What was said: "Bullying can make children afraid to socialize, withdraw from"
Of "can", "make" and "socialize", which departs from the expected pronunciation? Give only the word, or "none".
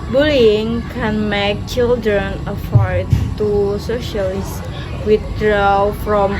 socialize